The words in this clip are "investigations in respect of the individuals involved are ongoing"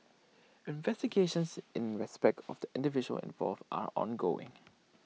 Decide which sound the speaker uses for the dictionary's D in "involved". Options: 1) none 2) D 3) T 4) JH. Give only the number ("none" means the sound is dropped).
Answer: 1